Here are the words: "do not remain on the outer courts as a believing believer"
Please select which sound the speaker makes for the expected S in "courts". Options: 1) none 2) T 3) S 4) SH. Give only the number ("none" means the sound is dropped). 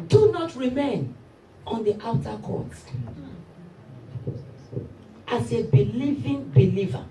1